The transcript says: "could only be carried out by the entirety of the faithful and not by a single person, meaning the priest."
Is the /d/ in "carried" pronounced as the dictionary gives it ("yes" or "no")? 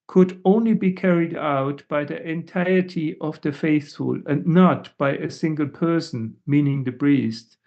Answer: yes